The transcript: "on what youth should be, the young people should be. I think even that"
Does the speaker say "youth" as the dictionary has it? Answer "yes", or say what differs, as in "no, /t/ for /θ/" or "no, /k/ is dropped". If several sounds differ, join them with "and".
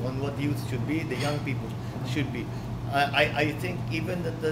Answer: no, /t/ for /θ/